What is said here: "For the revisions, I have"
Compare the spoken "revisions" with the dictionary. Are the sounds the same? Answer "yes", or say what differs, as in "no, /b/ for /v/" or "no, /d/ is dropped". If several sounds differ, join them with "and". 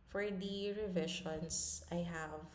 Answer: no, /ʃ/ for /ʒ/